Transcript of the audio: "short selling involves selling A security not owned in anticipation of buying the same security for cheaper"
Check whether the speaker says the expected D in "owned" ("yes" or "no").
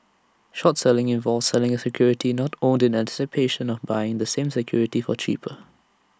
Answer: yes